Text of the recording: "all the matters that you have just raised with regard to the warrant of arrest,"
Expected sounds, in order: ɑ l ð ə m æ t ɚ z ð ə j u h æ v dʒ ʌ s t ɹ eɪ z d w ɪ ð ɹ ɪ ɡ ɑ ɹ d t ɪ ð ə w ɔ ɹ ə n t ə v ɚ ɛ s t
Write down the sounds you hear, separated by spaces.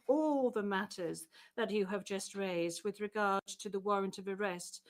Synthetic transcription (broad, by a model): ɑ l ð ə m æ t ɚ z ð ə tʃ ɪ v dʒ ʌ s t ɹ eɪ z d w ɪ ð ɹ ɪ ɡ ɑ ɹ d t ɪ ð ə w ɔ ɹ ə n t ə v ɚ ɛ s t